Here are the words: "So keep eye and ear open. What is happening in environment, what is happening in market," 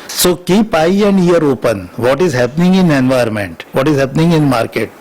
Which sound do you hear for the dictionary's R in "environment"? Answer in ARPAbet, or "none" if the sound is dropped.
none